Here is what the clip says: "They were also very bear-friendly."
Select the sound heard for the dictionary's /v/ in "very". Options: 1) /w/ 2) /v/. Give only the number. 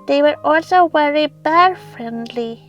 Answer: 1